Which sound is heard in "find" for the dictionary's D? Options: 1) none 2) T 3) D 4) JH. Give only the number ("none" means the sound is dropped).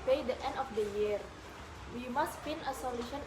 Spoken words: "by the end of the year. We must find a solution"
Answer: 1